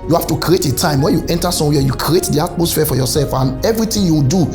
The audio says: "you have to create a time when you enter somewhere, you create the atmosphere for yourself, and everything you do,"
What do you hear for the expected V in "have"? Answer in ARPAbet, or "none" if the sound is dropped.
F